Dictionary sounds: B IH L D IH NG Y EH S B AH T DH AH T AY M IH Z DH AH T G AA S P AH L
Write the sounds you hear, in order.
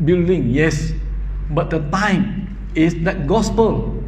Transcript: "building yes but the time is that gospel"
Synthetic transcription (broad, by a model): B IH L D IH NG Y EH S B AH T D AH T AY M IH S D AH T G AA S P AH L